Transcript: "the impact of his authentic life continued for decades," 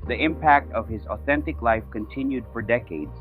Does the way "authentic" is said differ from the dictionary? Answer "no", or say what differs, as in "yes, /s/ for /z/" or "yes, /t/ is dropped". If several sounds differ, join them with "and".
no